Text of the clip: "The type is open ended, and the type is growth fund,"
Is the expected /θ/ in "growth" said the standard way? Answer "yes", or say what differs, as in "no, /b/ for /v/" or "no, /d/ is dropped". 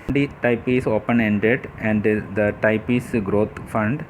no, /t/ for /θ/